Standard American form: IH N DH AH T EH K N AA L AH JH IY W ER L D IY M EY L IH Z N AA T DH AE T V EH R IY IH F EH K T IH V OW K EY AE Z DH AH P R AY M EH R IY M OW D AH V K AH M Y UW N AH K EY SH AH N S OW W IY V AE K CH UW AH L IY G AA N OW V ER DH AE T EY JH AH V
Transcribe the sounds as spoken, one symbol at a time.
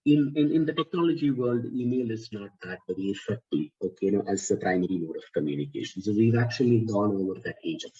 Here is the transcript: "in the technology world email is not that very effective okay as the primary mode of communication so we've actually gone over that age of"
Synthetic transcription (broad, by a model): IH N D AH T EH K N AA L AH JH IY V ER L D IY M EY L IH Z N AA T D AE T B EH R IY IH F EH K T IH OW K EY AE Z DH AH P R AY M EH R IY M OW D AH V K AH M Y UW N AH K EY SH AH N S OW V IY V AE K CH UW AH L IY G AA N OW V ER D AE T EY JH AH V